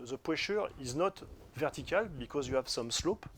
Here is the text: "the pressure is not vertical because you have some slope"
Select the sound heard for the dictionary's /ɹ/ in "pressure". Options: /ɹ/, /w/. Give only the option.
/w/